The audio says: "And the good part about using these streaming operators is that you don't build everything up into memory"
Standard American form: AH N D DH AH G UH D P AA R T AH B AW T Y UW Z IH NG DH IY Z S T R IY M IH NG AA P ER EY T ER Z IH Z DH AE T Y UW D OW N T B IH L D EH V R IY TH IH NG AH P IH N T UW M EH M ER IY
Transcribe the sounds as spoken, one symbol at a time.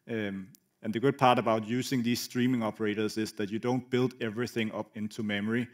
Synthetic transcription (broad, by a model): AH N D DH AH G UH D P AA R T AH B AW T Y UW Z IH NG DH IY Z S T R IY M IH NG AA P ER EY T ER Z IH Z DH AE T Y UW D OW N T B IH L D EH V R IY TH IH NG AH P IH N T UW M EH M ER IY